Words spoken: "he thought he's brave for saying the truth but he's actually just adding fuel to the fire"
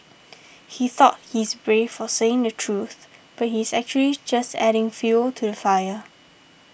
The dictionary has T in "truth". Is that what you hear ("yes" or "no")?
yes